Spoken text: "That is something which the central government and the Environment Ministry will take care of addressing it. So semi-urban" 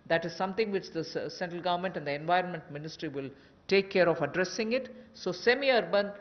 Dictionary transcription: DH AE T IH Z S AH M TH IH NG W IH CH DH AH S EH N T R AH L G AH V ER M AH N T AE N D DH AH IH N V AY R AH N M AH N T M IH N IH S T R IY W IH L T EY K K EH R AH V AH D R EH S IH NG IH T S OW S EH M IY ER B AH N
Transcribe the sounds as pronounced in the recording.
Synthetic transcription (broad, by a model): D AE T IH Z S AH M T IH NG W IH CH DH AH S EH N T R AH L G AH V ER M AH N T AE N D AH IH N V AY R AH N M AH N T M IH N IH S T R IY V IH L T EY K K EH R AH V AH D R EH S IH NG IH T S OW S EH M IY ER B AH N